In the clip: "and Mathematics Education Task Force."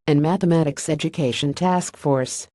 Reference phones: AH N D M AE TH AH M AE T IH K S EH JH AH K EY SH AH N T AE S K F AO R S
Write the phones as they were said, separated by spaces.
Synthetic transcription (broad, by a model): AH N M AE TH AH M AE T IH K S EH JH AH K EY SH AH N T AE S K F AO R S